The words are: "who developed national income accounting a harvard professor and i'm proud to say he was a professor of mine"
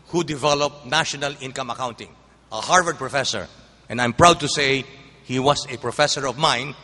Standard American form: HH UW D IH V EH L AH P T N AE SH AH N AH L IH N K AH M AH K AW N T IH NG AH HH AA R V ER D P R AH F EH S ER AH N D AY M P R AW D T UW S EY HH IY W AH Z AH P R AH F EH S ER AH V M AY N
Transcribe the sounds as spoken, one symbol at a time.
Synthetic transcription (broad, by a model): HH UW D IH V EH L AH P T N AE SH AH N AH L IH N K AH M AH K AW N T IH NG AH HH AA R V ER D P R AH F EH S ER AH N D AY M P R AW D T UW S EY HH IY W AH S AH P R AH F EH S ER AH V M AY N